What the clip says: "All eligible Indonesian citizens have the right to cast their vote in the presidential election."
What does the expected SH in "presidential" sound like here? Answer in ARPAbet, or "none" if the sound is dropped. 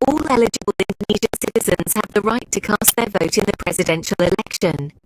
SH